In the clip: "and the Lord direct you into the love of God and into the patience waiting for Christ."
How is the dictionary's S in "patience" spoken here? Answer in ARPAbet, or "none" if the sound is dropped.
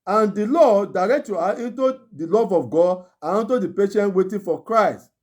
none